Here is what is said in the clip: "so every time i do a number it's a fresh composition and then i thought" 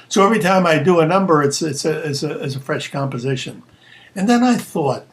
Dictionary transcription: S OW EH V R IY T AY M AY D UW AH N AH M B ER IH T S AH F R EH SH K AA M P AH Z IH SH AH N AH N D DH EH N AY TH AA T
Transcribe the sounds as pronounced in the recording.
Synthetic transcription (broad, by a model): S OW EH V R IY T AY M AY D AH AH N AH M B ER IH T S AH F R EH SH K AA M P AH Z IH SH AH N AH N DH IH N AY TH AA T